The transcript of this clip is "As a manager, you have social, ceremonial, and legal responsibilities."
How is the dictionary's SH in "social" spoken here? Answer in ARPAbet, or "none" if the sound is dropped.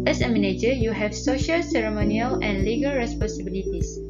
SH